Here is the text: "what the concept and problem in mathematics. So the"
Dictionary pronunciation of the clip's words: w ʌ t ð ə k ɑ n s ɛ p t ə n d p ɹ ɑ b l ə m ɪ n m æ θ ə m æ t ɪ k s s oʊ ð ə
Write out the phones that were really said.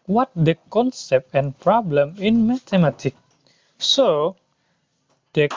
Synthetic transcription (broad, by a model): w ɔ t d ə k ɑ n s ɛ p t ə n p ɹ ɑ b l ə m ɪ n m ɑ t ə m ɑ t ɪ k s s oʊ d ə